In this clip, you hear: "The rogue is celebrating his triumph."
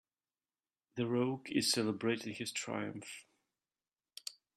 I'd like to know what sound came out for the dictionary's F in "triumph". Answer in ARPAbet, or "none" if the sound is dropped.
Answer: F